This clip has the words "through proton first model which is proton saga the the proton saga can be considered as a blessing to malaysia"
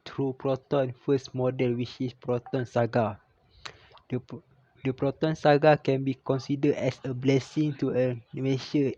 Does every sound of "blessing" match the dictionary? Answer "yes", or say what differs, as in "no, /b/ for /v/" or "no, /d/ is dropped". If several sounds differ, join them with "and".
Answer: yes